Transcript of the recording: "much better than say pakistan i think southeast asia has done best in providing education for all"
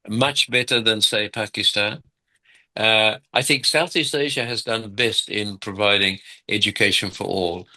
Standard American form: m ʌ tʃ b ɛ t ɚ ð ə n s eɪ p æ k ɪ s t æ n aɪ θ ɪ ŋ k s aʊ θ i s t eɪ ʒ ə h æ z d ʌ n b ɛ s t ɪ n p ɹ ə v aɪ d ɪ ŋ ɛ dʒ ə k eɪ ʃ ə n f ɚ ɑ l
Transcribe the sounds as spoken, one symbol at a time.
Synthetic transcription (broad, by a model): m ʌ tʃ b ɛ t ɚ ð ə n s eɪ p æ k ɪ s t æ n aɪ θ ɪ ŋ k s aʊ θ i s t eɪ ʒ ə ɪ z d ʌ n b ɛ s t ɪ n p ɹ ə v aɪ d ɪ ŋ ɛ dʒ ə k eɪ ʃ ə n f ɚ ɑ l